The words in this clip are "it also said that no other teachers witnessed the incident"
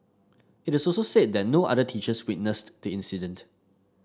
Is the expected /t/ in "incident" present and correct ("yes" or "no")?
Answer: yes